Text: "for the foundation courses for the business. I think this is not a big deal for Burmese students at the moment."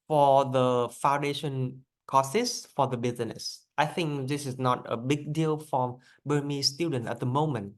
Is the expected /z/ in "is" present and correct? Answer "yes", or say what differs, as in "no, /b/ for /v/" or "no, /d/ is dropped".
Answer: no, /s/ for /z/